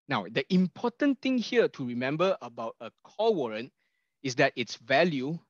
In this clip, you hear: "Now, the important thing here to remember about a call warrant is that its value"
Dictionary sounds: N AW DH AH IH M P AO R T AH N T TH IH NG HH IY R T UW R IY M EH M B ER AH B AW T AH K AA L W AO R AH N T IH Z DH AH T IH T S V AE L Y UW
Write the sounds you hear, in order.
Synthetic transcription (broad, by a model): N AW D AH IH M P AO T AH N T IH NG HH IY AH T UW R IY M EH M B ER AH B AW T AH K AA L W AO R AH N T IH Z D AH T IH T S V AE L Y UW